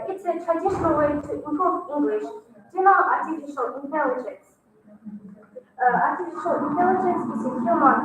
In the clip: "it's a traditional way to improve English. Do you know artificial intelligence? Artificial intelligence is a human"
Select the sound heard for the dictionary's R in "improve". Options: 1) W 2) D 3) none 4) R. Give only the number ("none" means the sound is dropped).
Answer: 3